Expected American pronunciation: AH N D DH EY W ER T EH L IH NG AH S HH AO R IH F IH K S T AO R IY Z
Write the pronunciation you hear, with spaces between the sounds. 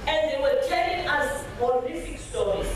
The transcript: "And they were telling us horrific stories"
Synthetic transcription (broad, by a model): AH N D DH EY W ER T EH L IH NG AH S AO L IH F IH K S T AO R IY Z